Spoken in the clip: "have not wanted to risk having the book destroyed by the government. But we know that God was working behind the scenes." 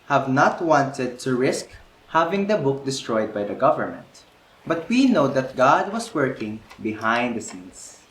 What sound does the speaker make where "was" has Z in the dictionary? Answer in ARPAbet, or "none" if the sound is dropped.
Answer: S